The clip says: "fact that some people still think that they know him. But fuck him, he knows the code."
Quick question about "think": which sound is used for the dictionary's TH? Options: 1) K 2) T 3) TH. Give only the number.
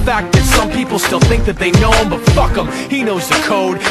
3